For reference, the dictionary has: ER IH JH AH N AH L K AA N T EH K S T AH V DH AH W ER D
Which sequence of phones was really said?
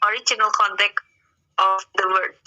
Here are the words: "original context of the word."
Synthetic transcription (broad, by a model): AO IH JH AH N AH L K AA N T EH K T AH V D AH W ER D